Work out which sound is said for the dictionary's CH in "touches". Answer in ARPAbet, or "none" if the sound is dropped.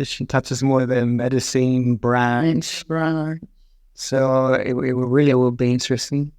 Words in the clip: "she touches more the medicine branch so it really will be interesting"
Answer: CH